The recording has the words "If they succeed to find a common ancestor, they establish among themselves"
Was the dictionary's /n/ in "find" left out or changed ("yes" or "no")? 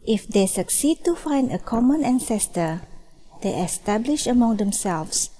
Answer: no